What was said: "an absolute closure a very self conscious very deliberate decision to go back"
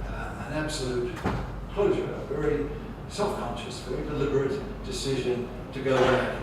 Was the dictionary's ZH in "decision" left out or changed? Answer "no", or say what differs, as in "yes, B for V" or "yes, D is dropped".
no